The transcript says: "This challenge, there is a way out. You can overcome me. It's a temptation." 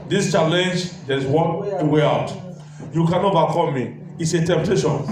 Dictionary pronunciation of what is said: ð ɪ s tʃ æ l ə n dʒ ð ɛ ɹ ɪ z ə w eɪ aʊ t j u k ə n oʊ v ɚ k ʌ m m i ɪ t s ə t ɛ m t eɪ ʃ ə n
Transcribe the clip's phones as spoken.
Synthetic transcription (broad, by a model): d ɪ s tʃ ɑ l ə n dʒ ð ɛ w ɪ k ə w eɪ aʊ t j u k ə n oʊ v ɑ k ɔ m m i ɪ t s ə t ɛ m t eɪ ʃ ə n